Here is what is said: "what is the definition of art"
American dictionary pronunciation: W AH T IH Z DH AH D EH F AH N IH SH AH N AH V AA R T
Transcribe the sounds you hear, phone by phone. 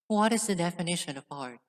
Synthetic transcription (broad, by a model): W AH T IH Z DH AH D EH F AH N IH SH AH N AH P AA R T